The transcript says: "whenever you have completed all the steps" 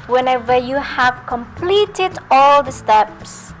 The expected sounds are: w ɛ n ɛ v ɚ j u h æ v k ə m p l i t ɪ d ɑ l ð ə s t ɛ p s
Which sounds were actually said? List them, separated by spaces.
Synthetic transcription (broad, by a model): w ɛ n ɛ v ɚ j u h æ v k ə m p l i t ɪ d ɑ l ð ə s t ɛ p s